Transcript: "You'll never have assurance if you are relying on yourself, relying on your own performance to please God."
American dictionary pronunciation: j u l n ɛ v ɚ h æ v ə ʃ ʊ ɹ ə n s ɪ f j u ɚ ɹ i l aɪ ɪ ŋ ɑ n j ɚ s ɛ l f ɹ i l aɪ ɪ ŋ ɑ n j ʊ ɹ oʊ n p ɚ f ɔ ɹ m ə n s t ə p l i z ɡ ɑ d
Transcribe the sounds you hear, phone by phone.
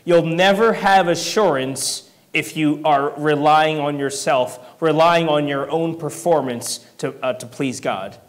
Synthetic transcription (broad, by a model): j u l n ɛ v ɚ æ v ə ʃ ʊ ɹ ə n s ɪ f j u ɚ ɹ i l aɪ ɪ ŋ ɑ n j ɚ s ɛ l f ɹ i l aɪ ɪ ŋ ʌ n j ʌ ɹ oʊ n p ɚ f ɔ ɹ m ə n s t ə p l i z ɡ ɑ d